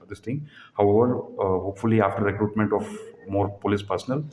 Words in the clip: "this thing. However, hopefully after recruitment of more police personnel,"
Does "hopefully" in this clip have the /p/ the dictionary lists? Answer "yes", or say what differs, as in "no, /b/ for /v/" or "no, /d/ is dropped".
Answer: yes